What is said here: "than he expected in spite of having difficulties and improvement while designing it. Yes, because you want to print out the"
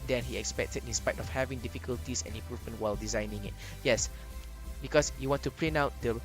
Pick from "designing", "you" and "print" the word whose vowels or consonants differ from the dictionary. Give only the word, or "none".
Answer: print